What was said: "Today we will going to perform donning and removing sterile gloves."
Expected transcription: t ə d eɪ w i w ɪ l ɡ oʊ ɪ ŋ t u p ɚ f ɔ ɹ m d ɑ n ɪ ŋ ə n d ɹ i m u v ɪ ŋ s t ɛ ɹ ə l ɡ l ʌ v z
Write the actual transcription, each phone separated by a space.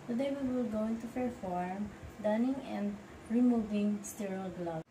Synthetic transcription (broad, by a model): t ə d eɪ w i w ɪ l ɡ oʊ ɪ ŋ t u f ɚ f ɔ ɹ m d ɑ n ɪ ŋ ə n d ɹ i m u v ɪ ŋ s t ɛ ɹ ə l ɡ l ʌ